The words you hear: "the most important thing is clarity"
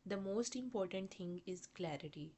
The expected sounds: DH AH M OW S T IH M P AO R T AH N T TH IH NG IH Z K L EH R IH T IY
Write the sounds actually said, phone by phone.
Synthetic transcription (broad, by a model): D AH M OW S T IH M P AO R T AH N T T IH NG IH Z K L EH R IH T IY